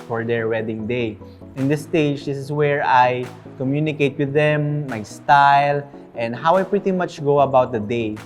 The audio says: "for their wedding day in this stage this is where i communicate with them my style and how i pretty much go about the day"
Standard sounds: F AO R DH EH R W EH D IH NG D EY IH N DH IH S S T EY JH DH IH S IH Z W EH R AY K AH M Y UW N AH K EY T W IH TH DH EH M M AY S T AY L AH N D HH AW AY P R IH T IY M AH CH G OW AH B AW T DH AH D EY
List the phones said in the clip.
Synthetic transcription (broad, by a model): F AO R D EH R W EH D IH NG D EY IH N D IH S S T EY JH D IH S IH S W EH R AY K AH M Y UW N AH K EY T W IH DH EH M M AY S T AY L AH N D HH AW AY P R IH T IY M AH CH G OW AH B AW T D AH D EY